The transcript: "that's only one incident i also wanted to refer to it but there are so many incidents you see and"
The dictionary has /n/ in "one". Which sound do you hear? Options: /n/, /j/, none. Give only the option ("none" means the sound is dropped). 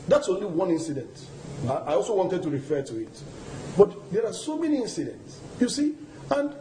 /n/